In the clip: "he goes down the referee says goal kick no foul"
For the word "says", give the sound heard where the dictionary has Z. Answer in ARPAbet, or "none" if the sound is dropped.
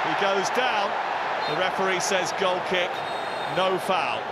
Z